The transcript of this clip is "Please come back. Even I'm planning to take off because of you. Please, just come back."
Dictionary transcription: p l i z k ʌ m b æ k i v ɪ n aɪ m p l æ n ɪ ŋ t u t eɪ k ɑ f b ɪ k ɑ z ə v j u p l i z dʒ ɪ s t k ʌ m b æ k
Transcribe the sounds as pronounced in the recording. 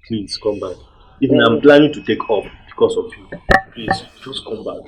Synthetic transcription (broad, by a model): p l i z k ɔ m b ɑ k i v ɪ n aɪ m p l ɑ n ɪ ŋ t u t eɪ k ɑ p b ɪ k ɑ s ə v j u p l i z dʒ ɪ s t k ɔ m b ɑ k